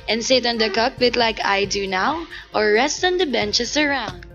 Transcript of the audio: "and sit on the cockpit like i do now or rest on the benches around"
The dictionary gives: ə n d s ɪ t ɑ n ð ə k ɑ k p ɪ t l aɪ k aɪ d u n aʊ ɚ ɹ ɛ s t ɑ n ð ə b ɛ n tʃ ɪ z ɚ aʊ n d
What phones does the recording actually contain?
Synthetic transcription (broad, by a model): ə n s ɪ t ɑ n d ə k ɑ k b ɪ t l aɪ k aɪ d u n aʊ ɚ ɹ ɛ s t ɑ n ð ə b ɛ n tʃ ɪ s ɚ aʊ n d